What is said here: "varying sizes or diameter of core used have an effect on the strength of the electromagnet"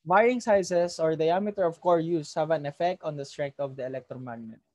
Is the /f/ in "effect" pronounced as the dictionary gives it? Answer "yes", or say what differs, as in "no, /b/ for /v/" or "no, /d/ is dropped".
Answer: yes